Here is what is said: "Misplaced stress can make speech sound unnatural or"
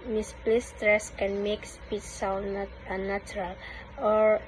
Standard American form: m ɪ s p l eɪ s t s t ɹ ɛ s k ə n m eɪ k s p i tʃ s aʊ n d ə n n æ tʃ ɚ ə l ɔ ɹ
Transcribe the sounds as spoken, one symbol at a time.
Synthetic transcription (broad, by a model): m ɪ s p l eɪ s s t ɹ ɛ s k ə n m eɪ k s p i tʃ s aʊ n ə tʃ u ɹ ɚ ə l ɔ ɹ